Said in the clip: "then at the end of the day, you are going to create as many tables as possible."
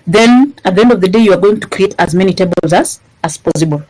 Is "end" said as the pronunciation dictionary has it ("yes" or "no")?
yes